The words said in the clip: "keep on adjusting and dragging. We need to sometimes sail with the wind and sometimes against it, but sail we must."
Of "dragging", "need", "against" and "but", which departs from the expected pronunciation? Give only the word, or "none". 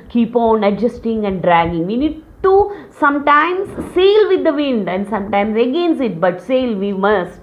against